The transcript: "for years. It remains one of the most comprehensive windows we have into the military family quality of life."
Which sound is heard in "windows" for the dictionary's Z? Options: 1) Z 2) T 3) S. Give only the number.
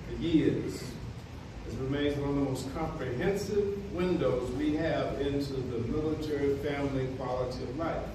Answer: 1